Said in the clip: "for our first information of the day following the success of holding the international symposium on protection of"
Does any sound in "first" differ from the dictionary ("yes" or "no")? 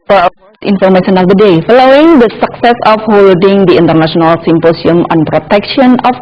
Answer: yes